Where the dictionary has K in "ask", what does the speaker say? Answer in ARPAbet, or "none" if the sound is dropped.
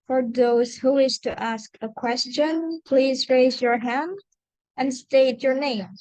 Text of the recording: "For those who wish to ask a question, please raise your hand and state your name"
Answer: K